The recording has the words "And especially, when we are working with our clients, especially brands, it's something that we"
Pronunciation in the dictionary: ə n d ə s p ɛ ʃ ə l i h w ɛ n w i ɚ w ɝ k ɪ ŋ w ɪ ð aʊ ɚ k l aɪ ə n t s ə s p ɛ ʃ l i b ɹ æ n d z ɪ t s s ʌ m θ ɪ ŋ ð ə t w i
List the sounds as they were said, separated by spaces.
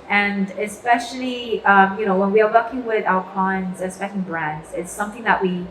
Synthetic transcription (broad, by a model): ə n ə s p ɛ ʃ ə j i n w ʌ n w i ɚ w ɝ k ɪ ŋ w ɪ ð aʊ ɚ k aɪ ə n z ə s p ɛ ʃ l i b ɹ æ n d z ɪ t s s ʌ m θ ɪ ŋ ð ə t w i